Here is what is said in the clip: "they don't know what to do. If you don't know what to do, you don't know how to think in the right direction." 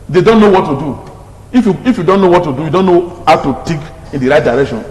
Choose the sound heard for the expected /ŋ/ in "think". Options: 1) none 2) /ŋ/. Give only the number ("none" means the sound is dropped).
1